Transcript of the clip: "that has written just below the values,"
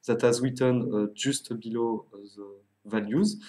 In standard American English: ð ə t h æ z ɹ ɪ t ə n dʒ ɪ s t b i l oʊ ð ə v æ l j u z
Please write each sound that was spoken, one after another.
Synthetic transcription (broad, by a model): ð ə t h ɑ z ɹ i t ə n ʒ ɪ s t b i l oʊ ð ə v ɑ l j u z